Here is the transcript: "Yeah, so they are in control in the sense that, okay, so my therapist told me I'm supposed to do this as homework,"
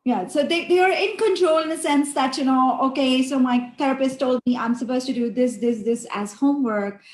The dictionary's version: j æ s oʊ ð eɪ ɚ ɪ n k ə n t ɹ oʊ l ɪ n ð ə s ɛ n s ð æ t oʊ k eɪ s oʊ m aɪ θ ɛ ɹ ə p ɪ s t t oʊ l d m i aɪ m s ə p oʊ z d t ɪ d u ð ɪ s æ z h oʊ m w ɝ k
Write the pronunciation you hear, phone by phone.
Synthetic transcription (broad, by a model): j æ s oʊ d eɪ ɚ ɪ n k ə n t ɹ oʊ l ɪ n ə s ɛ n s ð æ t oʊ k eɪ s oʊ m aɪ t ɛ ɹ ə p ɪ s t t oʊ l d m i aɪ m s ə p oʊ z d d ɪ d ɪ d ɪ s æ z h oʊ m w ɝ k